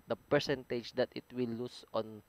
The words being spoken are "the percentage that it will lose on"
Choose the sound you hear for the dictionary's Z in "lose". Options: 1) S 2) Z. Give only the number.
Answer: 1